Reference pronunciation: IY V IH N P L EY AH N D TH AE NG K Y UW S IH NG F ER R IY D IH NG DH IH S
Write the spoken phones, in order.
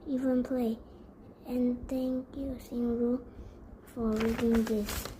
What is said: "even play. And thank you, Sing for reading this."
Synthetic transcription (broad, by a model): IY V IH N P L EY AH N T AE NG K Y UW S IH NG F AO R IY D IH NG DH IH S